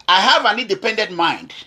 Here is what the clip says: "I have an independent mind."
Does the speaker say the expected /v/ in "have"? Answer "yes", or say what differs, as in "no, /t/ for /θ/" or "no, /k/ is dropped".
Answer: yes